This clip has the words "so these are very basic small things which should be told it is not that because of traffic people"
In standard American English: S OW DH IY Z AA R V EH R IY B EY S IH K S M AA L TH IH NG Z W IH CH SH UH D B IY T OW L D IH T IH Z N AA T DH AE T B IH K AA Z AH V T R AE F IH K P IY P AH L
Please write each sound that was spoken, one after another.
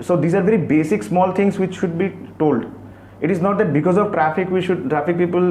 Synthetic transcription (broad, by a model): S OW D IY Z AA R V EH R IY B EY S IH K S M AA L T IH NG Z W IH CH SH UH D B IY T OW L D IH T IH Z N AA T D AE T B IH K AA Z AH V T R AE F IH K P IY P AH L